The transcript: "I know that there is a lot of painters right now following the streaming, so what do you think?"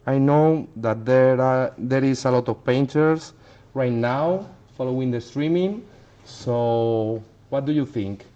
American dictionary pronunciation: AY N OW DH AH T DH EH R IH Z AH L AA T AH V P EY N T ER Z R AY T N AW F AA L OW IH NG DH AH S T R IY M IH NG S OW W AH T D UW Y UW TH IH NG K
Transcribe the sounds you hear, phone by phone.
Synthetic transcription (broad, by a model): AY N OW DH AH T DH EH R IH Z AH L AA T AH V P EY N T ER S R AY T N AW F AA L OW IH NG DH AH S T R IY M IH NG S OW W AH T D UW Y UW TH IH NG K